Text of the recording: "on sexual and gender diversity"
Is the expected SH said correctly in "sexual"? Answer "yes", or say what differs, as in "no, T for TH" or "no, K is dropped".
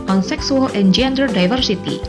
no, S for SH